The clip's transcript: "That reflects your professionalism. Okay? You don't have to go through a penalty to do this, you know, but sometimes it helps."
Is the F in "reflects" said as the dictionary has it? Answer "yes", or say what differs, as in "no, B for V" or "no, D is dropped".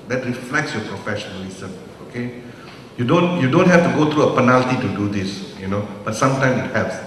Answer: yes